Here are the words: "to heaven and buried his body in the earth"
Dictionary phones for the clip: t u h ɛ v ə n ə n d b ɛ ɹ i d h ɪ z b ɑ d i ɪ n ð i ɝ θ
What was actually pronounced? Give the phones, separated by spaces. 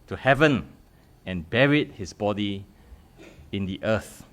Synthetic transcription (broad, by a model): t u h ɛ v ə n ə n b ɛ ɹ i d h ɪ s b ɑ d i ɪ n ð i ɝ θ